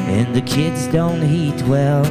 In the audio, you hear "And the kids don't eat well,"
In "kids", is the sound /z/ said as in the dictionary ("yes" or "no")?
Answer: yes